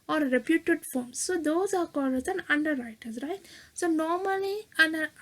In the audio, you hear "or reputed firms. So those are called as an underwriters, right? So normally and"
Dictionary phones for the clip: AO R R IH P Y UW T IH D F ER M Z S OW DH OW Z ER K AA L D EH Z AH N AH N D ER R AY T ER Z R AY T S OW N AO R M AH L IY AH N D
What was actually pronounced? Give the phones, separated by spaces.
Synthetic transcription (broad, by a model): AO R R IH P Y UW T IH D F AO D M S OW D OW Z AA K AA D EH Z AH N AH N D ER R AY T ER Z R AY T S OW N AO R M AH L IY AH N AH